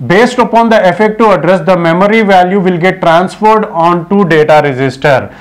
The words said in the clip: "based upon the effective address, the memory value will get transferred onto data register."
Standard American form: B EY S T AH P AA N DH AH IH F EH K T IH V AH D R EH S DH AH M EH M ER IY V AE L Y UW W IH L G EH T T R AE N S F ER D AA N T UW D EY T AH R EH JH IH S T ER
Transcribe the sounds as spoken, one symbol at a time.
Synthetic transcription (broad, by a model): B EY S T AH P AA N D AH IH F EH K T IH AH D R EH S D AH M EH M ER IY V AE L Y UW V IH L G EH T T R AE N S F ER D AA N T UW D EY T AH R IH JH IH S T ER